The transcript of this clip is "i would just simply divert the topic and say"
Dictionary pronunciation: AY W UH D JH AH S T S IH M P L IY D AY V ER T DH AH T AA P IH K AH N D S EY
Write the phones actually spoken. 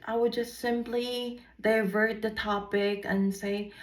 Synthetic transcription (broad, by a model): AY W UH D JH AH S T S IH M P L IY D AY V ER T DH AH T AA P IH K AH N S EY